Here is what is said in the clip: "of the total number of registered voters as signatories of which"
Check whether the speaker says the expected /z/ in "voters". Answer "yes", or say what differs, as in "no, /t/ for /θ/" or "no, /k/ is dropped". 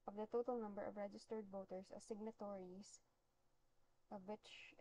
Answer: no, /s/ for /z/